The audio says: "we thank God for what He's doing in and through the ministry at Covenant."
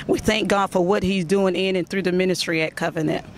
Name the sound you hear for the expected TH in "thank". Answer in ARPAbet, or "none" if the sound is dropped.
TH